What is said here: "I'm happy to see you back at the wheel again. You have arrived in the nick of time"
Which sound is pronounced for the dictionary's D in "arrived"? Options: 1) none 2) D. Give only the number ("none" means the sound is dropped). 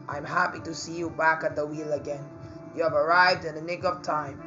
2